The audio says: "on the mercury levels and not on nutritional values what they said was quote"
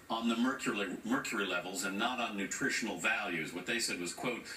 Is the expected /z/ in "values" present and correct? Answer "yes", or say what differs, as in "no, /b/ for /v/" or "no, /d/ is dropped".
yes